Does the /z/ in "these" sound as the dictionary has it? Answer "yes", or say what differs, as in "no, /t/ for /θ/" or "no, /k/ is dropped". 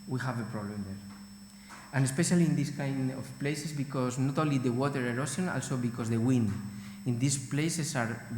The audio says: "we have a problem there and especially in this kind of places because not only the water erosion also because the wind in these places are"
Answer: no, /s/ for /z/